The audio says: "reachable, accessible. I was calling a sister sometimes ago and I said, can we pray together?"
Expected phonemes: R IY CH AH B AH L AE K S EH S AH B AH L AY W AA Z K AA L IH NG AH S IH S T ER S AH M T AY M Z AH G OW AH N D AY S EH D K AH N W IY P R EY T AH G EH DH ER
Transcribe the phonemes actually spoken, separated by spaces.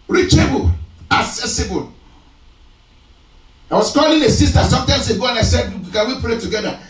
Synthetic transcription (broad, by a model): R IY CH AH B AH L AE K S EH S AH B AH L AY W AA S K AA L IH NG AH S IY S T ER S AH M T AY M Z AH G OW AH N AY S EH D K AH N W IY P R EY T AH G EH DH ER